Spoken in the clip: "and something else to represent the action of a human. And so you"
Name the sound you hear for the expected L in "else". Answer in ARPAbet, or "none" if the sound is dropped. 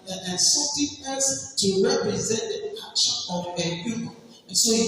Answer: none